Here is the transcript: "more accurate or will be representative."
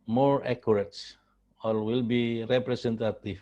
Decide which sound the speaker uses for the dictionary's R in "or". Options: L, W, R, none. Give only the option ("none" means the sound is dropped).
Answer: L